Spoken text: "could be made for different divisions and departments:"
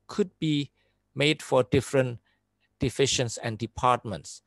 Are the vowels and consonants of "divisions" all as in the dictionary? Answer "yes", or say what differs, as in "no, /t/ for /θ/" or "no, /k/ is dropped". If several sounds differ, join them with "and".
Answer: no, /f/ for /v/ and /ʃ/ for /ʒ/ and /s/ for /z/